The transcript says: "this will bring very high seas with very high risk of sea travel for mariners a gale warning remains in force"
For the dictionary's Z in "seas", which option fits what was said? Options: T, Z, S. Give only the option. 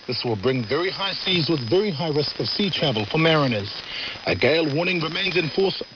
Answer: Z